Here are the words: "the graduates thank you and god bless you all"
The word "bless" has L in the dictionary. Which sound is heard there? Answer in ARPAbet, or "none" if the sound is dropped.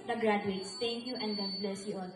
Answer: L